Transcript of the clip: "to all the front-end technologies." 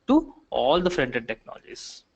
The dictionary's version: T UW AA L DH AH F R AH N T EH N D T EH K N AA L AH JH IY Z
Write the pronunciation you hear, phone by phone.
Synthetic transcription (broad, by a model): T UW AA L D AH F R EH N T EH D T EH K N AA L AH JH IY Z